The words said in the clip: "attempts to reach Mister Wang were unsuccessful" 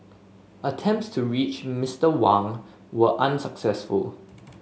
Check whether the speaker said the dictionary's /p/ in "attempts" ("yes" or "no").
yes